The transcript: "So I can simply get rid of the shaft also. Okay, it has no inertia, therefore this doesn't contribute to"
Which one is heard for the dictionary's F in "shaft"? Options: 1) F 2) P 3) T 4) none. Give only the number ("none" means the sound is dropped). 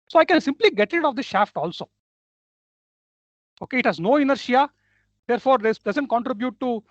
1